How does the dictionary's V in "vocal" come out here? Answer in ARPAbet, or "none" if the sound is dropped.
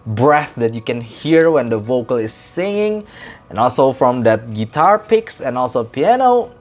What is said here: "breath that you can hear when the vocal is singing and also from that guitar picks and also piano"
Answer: V